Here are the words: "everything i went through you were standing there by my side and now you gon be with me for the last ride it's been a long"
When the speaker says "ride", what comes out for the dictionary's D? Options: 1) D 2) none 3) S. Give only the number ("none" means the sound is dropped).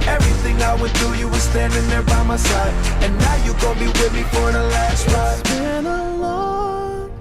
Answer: 2